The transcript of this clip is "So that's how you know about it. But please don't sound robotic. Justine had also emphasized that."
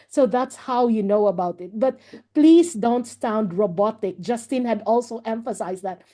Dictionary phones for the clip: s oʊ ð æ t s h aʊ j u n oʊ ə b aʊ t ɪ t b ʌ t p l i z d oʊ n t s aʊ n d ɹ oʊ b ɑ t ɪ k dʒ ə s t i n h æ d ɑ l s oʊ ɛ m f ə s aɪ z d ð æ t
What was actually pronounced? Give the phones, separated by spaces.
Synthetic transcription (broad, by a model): s oʊ ð æ t s h aʊ j u n oʊ ə b aʊ t ɪ t b ʌ t p l i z d oʊ n t s aʊ n d ɹ oʊ b ɑ t ɪ k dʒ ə s t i n h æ d ɑ l s oʊ ɛ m f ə s aɪ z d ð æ t